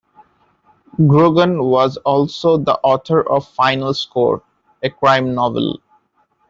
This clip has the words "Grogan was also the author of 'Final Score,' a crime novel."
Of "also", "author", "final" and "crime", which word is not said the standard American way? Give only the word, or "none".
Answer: author